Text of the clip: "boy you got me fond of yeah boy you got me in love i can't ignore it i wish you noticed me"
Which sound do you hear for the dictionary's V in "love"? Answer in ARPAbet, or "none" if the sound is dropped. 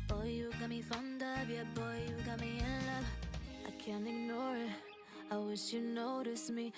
none